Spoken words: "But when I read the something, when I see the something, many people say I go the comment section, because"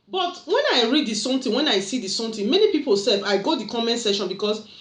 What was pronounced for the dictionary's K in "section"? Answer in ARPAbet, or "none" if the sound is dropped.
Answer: none